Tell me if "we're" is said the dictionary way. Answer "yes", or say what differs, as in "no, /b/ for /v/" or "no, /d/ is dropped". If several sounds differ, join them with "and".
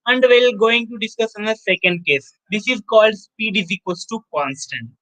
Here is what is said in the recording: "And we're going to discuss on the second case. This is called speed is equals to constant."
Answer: no, /l/ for /ɹ/